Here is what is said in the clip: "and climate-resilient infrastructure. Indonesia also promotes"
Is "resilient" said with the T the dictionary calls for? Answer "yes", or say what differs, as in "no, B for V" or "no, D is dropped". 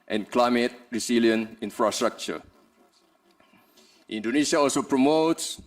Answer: no, T is dropped